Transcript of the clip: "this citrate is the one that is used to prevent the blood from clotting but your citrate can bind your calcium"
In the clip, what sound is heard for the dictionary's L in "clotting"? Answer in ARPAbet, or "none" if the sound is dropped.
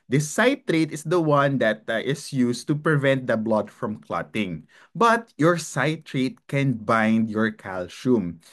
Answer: L